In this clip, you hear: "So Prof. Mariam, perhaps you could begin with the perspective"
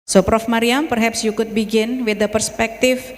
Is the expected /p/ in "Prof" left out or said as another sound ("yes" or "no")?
no